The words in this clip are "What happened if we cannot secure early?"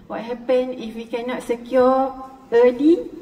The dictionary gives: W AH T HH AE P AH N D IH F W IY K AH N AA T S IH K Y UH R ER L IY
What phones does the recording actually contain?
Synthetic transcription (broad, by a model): W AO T HH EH P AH N IH F W IY K AH N AA T S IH K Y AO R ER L IY